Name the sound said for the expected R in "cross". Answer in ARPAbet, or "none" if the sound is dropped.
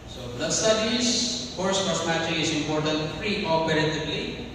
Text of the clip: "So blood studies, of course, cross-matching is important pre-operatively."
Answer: none